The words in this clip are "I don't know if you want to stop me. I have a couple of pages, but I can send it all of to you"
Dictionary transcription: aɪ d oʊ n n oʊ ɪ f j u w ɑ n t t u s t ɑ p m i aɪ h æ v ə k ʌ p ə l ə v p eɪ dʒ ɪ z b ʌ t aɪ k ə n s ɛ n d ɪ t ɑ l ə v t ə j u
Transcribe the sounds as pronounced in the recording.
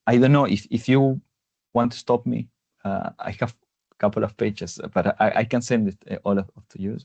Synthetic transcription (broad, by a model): aɪ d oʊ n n oʊ ɪ f j u w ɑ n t t u s t ɑ p m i aɪ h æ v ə k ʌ p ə l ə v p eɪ tʃ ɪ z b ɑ t aɪ k ə n s ɛ n d ɪ t ɑ l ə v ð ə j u